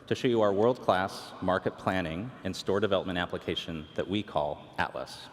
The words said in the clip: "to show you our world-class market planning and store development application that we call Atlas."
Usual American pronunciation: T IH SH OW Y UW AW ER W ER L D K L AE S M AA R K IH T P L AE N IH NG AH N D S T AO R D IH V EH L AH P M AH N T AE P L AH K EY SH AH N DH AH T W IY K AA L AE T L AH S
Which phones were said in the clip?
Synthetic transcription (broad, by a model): T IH SH OW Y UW AW ER W ER L D K L AE S M AA R K IH T P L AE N IH NG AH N S T AO R D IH V EH L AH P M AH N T AE P L AH K EY SH AH N DH AH T W IY K AA L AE T L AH S